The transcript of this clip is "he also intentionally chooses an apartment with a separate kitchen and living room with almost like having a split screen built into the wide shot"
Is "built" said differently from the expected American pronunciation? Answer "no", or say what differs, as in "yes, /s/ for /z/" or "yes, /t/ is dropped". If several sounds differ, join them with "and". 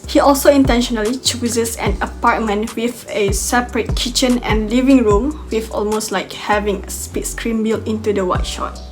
yes, /t/ is dropped